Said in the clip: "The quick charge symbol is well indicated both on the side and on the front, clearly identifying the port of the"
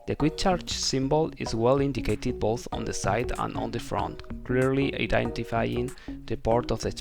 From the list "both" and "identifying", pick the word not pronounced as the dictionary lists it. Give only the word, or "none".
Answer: none